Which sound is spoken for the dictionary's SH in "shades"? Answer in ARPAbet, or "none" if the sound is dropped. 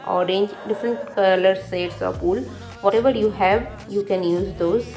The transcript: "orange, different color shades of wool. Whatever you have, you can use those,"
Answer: S